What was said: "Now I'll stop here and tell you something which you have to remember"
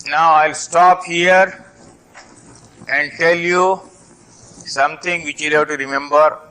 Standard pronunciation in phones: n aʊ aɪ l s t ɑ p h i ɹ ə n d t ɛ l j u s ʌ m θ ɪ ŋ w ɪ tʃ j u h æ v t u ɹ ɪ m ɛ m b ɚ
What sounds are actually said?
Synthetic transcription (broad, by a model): n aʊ aɪ l s t ɑ p h i ɹ ə n d t ɛ l j u s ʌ m t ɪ ŋ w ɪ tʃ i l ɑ t u ɹ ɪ m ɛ m b ɚ